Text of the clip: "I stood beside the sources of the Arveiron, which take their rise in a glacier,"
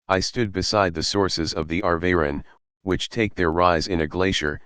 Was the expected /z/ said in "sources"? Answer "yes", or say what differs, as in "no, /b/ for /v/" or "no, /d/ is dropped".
yes